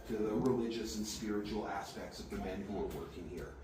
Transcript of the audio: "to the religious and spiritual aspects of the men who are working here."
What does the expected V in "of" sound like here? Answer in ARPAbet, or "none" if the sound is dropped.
V